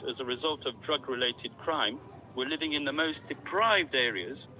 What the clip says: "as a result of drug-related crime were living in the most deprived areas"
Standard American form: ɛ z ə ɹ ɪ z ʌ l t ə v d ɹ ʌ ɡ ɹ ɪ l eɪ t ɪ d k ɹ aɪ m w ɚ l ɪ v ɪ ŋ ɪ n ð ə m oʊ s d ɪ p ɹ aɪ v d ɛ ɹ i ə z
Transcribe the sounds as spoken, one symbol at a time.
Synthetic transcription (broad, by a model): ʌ z ə ɹ ɪ z ʌ l t ə v d ɹ ʌ ɡ ɹ ɪ l eɪ t ɪ d k ɹ aɪ m w ɚ l ɪ v ɪ ŋ ɪ n ð ə m oʊ s d ɪ p ɹ aɪ v d ɛ ɹ i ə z